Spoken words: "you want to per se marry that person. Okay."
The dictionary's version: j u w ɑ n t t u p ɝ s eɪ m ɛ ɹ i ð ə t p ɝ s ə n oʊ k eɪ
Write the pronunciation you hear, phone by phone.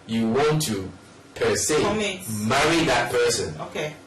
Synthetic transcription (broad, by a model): j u w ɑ n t t u p ɝ s eɪ m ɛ ɹ i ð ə t p ɝ s ə n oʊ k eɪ